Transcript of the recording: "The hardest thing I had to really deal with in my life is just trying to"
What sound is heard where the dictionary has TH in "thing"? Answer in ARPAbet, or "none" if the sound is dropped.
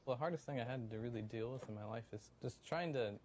TH